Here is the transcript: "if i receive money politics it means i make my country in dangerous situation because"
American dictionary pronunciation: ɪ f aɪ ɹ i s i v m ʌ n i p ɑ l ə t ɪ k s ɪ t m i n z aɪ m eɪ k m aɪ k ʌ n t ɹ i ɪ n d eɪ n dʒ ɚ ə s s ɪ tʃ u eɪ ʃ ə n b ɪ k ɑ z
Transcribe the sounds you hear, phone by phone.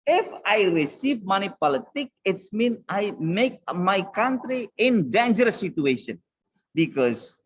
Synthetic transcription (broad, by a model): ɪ f aɪ ɹ i s i v m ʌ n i p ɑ l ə t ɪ k ɪ t m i n aɪ m eɪ k m aɪ k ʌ n t ɹ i ɪ n d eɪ n dʒ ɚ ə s s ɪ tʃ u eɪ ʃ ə n b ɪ k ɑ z